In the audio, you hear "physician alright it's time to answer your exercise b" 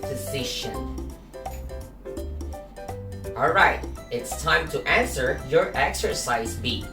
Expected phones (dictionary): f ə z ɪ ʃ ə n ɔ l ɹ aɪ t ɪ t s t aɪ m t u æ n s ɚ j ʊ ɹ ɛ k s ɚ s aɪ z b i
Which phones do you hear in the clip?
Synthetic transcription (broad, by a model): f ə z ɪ ʃ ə n ɔ l ɹ aɪ t ɪ t s t aɪ m t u æ n s ɚ j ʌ ɹ ɛ k s ɚ s aɪ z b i